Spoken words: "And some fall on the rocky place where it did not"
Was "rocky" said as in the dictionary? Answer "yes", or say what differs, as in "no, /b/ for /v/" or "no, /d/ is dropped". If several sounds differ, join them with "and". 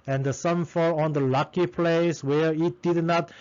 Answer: no, /l/ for /ɹ/